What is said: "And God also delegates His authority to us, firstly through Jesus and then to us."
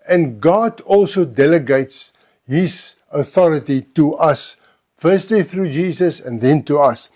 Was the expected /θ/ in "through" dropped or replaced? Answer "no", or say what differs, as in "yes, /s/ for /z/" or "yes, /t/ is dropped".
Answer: no